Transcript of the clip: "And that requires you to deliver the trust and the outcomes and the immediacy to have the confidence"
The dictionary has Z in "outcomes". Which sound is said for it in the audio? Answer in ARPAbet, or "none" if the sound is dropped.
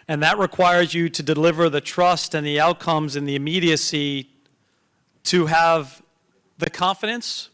Z